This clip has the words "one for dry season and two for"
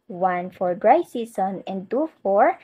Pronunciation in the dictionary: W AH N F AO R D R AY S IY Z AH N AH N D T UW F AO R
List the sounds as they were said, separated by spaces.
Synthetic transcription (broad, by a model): W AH N F AO R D R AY S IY S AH N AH N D T UW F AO R